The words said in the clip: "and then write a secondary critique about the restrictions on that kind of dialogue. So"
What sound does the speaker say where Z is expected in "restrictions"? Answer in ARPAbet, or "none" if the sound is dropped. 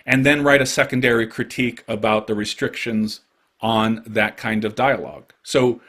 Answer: Z